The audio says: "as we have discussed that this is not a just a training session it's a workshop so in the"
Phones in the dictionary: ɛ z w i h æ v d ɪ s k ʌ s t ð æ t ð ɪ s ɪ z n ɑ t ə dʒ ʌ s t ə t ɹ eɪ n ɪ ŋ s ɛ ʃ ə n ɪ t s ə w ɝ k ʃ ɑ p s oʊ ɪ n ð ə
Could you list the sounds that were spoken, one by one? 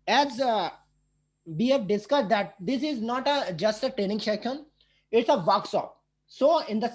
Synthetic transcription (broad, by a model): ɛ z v i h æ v d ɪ s k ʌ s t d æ t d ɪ s ɪ z n ɑ t ə dʒ ʌ s t ə t ɹ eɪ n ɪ ŋ ʃ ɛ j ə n ɪ t s ə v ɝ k s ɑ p s oʊ ɪ n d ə